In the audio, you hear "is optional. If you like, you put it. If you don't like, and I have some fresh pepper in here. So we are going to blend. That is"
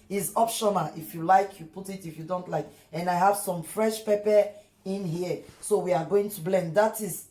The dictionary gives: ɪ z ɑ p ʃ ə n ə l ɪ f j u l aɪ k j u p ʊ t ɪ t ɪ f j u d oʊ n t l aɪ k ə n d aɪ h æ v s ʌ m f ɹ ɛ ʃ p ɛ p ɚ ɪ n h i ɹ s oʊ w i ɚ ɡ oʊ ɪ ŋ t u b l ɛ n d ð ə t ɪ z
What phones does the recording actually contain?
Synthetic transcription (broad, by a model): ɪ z ɑ p ʃ ə n ə l ɪ f j u l aɪ k j u p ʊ t ɪ t ɪ f j u d oʊ n t l aɪ k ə n aɪ h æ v s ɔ m f ɹ ɛ ʃ p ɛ p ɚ ɪ n h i s oʊ w i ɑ ɡ oʊ ɪ ŋ t u b l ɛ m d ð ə t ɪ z